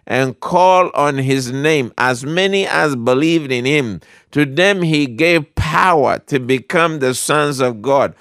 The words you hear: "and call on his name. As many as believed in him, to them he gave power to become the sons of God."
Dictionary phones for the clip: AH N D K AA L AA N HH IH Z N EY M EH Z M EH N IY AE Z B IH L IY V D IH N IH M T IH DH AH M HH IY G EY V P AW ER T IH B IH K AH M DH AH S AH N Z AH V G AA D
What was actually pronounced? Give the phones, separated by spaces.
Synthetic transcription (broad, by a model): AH N K AA L N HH IH Z N EY M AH Z M EH N IY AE Z B IH L IY V D IH N IH M T IH DH AH M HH IY G EY V P AW ER T IH B IH K AH M DH AH S AH N Z AH V G AA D